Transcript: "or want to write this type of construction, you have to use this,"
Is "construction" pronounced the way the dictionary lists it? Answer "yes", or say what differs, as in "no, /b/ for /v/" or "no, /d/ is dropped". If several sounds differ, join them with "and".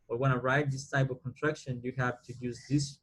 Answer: no, /s/ is dropped